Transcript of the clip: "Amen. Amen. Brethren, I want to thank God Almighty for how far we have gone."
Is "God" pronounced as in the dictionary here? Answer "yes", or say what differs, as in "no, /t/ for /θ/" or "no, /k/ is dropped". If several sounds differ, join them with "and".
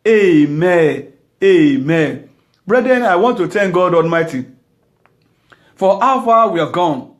yes